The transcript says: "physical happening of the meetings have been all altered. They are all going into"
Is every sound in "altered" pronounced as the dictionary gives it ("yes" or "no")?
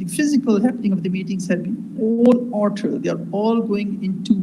no